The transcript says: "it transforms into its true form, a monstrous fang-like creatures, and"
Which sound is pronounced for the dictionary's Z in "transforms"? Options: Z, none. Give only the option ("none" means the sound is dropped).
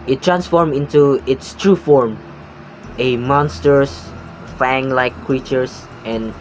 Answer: none